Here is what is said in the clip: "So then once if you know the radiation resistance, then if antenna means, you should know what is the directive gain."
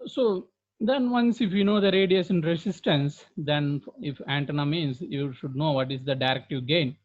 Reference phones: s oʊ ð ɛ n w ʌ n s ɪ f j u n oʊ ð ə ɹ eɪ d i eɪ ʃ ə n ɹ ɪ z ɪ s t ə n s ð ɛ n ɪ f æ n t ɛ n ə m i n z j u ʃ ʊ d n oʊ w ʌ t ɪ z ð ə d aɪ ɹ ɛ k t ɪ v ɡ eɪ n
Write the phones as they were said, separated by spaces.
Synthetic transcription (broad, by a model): s oʊ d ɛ n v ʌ n s ɪ f j u n oʊ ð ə ɹ eɪ d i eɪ s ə n ɹ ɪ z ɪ s t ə n s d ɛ n ɪ f æ n t ɛ n ə m i n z j u ʃ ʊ d n oʊ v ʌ t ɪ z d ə d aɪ ɹ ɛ k t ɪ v ɡ eɪ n